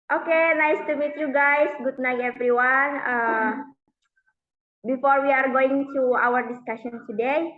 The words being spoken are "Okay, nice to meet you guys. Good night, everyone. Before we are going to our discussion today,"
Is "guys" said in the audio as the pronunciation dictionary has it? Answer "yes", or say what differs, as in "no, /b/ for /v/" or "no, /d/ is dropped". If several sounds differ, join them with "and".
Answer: no, /s/ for /z/